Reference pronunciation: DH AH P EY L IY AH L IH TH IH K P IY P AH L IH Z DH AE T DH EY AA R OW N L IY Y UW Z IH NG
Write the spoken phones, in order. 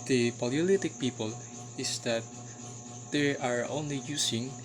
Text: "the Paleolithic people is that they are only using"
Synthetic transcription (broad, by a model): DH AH P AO L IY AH L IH T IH K P IY P AH L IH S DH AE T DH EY AA R OW N L IY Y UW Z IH NG